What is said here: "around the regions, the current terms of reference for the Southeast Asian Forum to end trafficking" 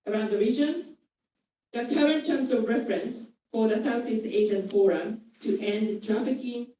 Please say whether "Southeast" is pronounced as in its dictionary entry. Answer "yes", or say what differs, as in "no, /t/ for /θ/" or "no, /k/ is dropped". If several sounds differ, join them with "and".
no, /s/ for /θ/ and /t/ is dropped